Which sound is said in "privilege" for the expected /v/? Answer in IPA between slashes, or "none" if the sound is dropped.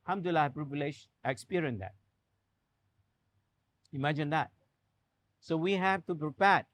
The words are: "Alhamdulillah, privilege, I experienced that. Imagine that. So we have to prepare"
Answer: /b/